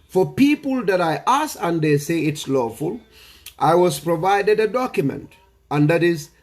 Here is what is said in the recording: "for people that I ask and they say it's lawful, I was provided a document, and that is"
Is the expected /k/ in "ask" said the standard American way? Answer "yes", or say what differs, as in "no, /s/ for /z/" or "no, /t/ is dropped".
no, /k/ is dropped